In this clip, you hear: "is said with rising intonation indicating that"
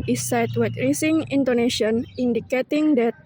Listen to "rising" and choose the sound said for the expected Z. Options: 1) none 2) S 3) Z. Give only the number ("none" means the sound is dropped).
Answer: 2